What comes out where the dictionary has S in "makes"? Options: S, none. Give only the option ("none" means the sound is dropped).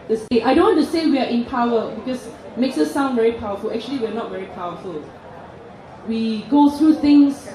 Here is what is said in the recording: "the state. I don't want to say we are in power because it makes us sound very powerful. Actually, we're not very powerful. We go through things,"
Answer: S